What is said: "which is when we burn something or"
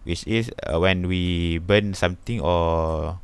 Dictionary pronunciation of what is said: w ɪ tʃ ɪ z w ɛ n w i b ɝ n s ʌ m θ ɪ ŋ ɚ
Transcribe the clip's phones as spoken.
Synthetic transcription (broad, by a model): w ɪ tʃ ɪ s w ɛ n w i b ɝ n s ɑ m t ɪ ŋ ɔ